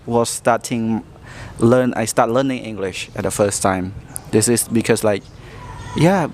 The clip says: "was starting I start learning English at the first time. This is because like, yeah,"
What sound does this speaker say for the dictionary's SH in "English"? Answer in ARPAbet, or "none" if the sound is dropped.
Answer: SH